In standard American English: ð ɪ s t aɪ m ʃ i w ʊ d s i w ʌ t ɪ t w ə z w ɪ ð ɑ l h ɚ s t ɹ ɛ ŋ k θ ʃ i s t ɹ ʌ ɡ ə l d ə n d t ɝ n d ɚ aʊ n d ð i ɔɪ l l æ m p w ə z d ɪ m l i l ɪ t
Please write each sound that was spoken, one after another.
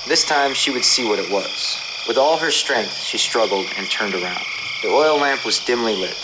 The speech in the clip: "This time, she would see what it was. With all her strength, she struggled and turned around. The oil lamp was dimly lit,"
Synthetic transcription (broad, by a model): ð ɪ s t aɪ m ʃ i w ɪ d s i w ʌ t ɪ t w ə z w ɪ ð ɑ l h ɚ s t ɹ ɛ ŋ k θ ʃ i s t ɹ ʌ ɡ l d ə n t ɝ n d ɚ aʊ n d ð i ɔɪ l l æ m p w ə z d ɪ m l i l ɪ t